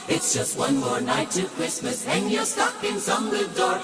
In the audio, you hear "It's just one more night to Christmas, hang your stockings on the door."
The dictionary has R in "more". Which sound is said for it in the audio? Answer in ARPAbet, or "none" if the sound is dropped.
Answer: R